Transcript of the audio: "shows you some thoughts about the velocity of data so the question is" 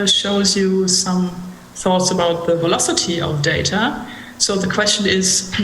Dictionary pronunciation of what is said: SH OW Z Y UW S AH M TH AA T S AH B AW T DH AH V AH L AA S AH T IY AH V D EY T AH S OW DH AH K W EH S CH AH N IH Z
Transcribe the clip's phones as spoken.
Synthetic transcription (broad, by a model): SH OW Z Y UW S AH M TH AA T S AH B AW T DH AH V AH L AA S AH T IY AH V D EY T AH S OW DH AH K W EH S CH AH N IH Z